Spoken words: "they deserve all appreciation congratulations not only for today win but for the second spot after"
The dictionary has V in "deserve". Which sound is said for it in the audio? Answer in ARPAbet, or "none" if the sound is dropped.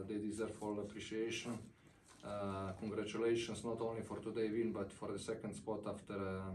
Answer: F